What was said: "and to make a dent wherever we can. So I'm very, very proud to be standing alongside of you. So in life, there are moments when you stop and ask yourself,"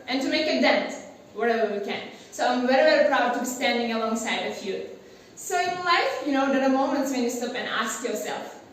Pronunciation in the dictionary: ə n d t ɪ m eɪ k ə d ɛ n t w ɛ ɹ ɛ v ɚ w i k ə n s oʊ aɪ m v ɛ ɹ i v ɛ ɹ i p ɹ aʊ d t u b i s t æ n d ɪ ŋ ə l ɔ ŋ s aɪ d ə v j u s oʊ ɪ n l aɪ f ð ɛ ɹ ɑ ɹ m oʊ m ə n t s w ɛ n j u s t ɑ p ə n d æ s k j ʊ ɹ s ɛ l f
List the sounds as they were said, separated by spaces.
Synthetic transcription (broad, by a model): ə n t ɪ m eɪ k ə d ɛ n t w ɛ ɹ ɛ v ɚ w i k ə n s oʊ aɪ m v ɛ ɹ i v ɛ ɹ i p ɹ aʊ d t u b i s t æ n d ɪ ŋ ə l ɔ ŋ s aɪ d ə f j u s oʊ ɪ n l aɪ f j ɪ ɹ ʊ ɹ m oʊ m ə n t s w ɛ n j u s t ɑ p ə n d æ s k j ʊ ɹ s ɛ l f